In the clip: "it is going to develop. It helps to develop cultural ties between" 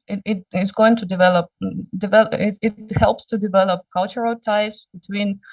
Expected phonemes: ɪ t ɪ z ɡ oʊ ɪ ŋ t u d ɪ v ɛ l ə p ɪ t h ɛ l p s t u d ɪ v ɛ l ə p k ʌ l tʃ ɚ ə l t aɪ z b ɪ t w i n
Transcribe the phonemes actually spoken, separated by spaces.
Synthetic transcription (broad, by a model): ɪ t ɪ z ɡ oʊ ɪ ŋ t u d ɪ v ɛ l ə p ɪ t h ɛ l p s t u d ɪ v ɛ l ə p k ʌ l tʃ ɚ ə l t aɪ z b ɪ t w i n